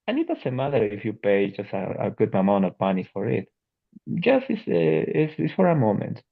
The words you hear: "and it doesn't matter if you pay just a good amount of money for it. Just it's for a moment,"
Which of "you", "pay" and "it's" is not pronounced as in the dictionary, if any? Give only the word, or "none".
it's